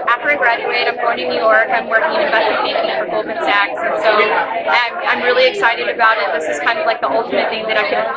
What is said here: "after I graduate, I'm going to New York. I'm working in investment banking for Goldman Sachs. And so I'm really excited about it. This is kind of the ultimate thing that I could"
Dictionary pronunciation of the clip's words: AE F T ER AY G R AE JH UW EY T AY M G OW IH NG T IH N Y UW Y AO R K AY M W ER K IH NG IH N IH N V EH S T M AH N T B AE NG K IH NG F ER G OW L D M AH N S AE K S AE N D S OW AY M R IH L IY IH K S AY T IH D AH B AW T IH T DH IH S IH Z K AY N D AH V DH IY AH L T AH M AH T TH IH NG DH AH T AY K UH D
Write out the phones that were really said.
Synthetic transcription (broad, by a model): AE F T ER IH G R AE JH UW EY T AY M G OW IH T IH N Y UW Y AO R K AY M W ER K IH NG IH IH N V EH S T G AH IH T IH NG IH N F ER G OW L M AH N S AE K S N S OW AY M R IH L IY IH K S AY T IH D AH B AW T IH T DH IH S IH Z K AY N D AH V DH IY AH L T AH M AH T TH IH NG DH AH T AY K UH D